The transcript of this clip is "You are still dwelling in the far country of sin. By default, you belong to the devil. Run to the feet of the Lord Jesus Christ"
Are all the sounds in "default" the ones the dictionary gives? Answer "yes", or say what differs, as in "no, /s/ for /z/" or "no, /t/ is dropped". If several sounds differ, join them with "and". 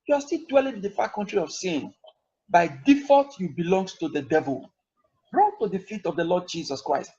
no, /l/ is dropped